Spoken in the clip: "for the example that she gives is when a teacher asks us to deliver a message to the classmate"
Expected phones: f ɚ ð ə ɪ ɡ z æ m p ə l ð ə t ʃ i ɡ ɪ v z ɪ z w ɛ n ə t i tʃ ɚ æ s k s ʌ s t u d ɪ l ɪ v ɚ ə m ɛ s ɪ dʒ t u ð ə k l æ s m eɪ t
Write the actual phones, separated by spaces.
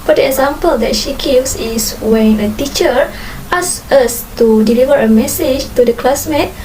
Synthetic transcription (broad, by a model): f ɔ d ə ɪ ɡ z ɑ m p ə l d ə t ʃ i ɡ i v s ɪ s w ɛ n ə t i tʃ ɚ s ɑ s ʌ s t u d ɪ l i v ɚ ə m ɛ s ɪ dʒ t u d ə k l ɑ s m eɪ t